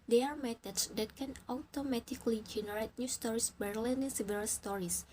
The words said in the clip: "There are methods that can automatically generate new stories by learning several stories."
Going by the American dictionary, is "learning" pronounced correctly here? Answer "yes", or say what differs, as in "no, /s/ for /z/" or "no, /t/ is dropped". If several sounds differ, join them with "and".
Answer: no, /l/ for /n/